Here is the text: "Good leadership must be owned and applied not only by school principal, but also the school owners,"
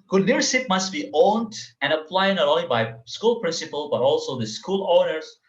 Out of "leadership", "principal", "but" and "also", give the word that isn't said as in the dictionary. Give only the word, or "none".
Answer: leadership